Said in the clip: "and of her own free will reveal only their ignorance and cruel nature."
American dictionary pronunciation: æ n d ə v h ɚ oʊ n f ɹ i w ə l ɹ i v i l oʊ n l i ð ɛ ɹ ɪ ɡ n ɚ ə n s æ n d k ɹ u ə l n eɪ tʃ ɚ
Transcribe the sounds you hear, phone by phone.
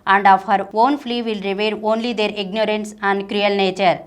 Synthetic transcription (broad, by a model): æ n d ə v h ɚ oʊ n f l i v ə l ɹ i v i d oʊ n l i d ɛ ɹ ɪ ɡ n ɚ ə n s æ n d k ɹ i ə l n eɪ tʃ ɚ